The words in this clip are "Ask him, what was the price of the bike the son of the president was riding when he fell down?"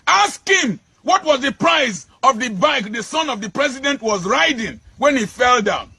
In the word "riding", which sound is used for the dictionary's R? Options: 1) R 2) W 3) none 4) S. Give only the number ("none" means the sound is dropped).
1